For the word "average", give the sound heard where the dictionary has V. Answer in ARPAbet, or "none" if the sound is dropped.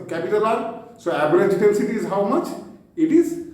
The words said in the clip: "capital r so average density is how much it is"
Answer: B